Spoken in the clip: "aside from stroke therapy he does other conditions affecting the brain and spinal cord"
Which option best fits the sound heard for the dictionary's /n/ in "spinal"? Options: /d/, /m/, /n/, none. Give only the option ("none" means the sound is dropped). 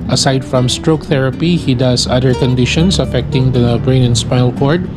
none